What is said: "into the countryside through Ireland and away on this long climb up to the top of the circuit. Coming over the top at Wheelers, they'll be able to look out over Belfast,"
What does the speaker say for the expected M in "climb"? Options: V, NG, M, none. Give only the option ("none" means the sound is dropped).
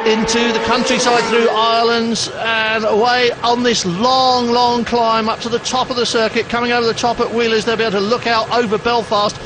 M